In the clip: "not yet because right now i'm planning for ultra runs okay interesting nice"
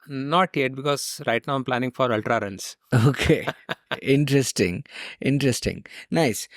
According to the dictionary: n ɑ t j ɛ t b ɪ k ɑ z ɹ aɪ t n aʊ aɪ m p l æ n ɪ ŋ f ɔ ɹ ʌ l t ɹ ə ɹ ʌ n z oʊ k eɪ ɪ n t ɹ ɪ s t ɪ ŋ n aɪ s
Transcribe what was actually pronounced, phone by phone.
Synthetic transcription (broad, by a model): n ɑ t j ɛ t b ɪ k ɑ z ɹ aɪ t n aʊ aɪ m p l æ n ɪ ŋ f ɔ ɹ ʌ l t ɹ ə ɹ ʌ n s oʊ k eɪ ɪ n t ɹ ɪ s t ɪ ŋ n aɪ s